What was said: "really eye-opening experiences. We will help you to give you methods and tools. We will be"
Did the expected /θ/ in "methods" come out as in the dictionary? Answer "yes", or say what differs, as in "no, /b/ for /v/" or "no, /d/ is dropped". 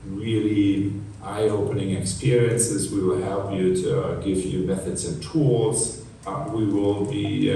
yes